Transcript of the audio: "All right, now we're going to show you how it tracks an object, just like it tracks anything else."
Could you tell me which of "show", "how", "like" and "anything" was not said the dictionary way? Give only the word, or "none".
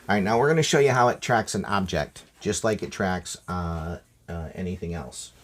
none